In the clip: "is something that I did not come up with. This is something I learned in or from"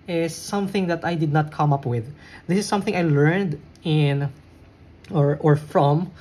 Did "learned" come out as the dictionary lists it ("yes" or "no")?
yes